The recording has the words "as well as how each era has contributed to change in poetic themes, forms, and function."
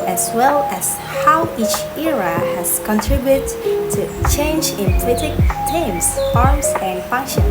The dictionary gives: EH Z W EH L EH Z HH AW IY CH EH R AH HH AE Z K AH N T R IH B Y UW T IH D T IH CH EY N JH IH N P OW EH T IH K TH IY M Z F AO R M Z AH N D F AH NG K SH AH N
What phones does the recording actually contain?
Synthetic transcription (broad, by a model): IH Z W EH L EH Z HH AW IY CH EH R AH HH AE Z K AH N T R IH B Y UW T T IH CH EY N JH IH N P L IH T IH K T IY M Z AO R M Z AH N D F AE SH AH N